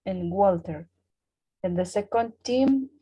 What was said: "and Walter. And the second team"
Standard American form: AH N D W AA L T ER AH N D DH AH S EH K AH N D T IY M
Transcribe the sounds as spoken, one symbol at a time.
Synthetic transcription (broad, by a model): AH N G W AA L T ER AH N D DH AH S EH K AH N D T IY M